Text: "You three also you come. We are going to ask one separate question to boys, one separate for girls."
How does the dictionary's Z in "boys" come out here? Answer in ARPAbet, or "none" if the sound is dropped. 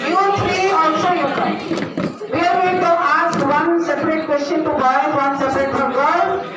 none